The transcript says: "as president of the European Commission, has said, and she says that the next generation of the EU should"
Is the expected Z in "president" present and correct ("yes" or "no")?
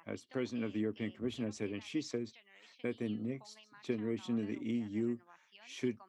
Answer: yes